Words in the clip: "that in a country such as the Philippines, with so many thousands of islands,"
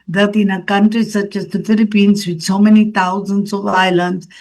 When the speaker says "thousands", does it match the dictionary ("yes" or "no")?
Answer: no